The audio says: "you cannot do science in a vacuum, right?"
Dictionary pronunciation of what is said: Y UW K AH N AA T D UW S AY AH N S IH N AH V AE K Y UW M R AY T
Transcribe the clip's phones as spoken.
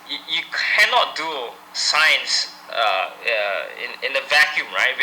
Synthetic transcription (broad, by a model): Y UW K AH N AA T D UW S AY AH N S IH N AH V AE K Y UW M R AY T